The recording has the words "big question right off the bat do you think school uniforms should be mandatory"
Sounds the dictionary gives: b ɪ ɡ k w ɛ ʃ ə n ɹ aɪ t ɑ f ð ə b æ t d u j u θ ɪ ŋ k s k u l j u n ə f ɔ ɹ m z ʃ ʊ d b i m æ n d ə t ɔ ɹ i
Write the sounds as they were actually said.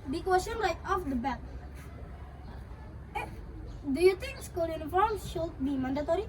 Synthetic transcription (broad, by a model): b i k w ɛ s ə n l aɪ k ɑ f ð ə b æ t d u j u t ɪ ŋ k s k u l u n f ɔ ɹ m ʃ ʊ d b i m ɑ n d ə t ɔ ɹ i